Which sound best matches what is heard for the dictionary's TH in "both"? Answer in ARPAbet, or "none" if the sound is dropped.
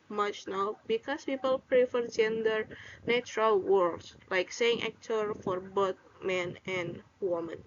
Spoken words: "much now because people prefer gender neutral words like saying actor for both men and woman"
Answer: T